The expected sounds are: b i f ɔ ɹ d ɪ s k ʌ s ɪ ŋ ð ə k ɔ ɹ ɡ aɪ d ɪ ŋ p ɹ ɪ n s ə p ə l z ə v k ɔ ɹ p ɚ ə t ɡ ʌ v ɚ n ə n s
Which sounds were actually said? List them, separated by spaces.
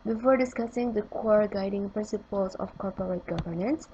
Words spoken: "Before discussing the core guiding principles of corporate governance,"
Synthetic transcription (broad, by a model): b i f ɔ ɹ d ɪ s k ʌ s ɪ ŋ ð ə k ɔ ɹ ɡ aɪ d ɪ ŋ p ɹ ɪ n s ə p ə l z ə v k ɔ ɹ p ɚ ə t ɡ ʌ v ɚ n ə n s